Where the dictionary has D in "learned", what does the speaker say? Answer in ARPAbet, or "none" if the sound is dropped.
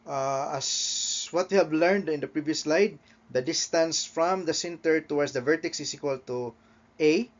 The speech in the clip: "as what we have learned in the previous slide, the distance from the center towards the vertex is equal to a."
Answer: D